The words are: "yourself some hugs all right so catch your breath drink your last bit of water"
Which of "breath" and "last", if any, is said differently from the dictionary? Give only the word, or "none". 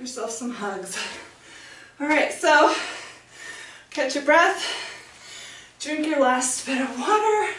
none